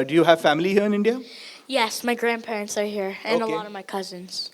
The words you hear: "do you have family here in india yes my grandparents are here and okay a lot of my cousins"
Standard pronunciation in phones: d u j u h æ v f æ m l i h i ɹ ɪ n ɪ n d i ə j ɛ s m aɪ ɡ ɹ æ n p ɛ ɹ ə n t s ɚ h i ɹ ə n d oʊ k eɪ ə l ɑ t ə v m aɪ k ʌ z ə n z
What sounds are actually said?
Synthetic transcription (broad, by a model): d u j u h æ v f æ m l i h i ɹ ɪ n ɪ n d i ə j ɛ s m aɪ ɡ ɹ æ n p ɛ ɹ ə n t s ɚ h i ɹ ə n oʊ ə l ɑ t ə v m aɪ k ʌ z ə n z